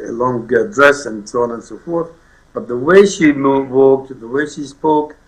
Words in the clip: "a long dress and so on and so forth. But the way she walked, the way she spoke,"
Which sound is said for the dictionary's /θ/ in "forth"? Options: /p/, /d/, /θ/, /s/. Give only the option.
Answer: /θ/